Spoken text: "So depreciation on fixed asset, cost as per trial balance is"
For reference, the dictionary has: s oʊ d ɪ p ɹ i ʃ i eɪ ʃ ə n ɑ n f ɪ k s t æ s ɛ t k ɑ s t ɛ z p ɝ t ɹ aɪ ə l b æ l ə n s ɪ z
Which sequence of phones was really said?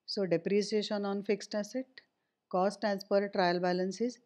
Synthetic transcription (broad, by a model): s oʊ d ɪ p ɹ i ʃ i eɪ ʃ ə n ɑ n f ɪ k s t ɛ s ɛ t k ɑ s t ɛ s p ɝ t ɹ aɪ ə l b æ l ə n s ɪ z